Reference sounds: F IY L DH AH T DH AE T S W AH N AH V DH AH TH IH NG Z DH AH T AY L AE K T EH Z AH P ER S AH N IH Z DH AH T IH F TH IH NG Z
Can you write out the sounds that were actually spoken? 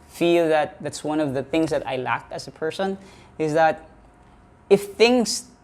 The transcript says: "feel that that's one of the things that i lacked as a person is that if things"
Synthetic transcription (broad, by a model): F IY L DH AH T DH AE T S W AH N AH V DH AH TH IH NG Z DH AH T AY L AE K IH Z AH P ER S AH N IH Z DH AH T IH F TH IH NG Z